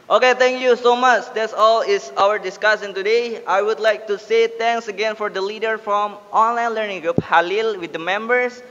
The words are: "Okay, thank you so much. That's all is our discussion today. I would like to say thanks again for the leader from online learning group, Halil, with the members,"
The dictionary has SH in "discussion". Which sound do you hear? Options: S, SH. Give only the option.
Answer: S